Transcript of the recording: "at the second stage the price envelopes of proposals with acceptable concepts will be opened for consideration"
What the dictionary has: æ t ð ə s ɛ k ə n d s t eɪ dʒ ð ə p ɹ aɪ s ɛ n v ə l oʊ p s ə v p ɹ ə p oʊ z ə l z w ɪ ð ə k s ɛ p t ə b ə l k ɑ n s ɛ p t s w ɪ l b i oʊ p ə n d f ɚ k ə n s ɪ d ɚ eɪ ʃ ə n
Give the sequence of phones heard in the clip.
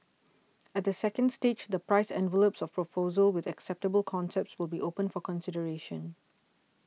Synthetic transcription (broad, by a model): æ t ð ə s ɛ k ə n d s t eɪ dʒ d ə p ɹ aɪ s ɛ n v ə l oʊ p s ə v p ɹ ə p oʊ z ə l w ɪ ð ə k s ɛ p t ə b ə l k ɑ n s ɛ p t s w ɪ l b i oʊ p ə n f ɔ k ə n s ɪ d ɚ eɪ ʃ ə n